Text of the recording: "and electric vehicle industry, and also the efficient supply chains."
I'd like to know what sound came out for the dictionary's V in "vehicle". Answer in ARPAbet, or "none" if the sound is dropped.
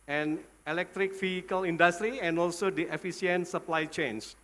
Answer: F